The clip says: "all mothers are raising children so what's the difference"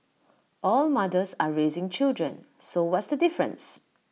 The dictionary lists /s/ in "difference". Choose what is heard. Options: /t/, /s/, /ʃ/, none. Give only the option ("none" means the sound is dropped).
/s/